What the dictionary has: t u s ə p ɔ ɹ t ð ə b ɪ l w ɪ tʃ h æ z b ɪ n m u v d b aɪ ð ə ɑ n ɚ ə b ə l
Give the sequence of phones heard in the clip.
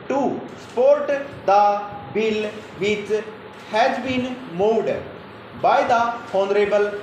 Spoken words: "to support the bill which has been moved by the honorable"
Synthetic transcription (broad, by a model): t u s p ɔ ɹ t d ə b ɪ l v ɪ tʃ h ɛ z b ɪ n m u d b aɪ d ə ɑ n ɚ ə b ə l